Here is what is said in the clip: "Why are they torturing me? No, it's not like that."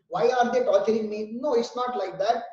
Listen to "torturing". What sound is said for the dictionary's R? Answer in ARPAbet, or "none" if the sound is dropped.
L